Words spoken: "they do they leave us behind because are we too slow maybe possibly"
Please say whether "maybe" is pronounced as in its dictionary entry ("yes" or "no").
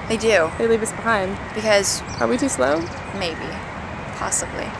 yes